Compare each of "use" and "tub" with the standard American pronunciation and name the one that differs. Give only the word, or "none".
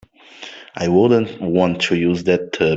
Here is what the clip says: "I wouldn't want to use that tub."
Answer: tub